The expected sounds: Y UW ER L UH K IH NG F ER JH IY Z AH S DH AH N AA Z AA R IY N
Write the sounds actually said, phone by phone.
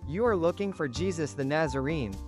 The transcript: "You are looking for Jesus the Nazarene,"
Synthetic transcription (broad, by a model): Y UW ER L UH K IH NG F ER JH IY Z AH S DH AH N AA Z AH R IY N